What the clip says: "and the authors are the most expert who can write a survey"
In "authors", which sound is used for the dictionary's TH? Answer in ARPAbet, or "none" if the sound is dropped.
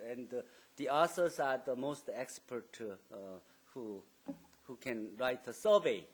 S